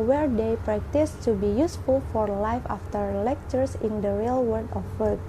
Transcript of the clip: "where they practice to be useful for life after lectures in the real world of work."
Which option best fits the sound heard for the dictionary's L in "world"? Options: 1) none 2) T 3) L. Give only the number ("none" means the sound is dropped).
1